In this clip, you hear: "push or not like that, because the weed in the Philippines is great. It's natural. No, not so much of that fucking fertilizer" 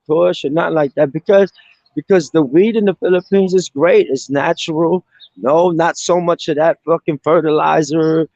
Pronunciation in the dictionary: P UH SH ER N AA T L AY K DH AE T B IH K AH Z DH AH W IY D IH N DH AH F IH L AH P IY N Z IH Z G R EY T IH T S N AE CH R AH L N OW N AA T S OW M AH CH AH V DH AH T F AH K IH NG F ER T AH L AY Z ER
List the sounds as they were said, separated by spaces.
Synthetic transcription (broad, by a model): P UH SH ER N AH T L AY K DH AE T B IH K AH Z DH AH W IY D IH N DH AH F IH L AH P IY N Z IH Z G R EY T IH T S N AE CH R L N OW N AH T S OW M AH CH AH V DH AH T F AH K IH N F ER T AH L AY Z ER